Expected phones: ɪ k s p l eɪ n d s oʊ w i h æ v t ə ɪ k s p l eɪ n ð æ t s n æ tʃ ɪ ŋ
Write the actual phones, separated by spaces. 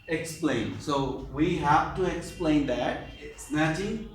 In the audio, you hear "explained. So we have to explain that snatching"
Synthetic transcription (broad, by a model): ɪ k s p l eɪ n s oʊ w i h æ f t ə ɪ k s p l eɪ n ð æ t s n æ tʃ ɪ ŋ